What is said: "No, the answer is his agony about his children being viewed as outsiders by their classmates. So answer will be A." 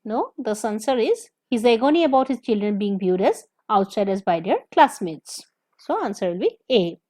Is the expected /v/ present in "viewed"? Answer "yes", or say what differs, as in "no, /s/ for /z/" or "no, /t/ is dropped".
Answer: no, /b/ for /v/